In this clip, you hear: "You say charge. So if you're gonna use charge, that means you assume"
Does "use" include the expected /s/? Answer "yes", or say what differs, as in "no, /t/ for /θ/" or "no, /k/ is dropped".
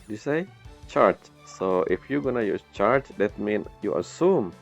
no, /s/ is dropped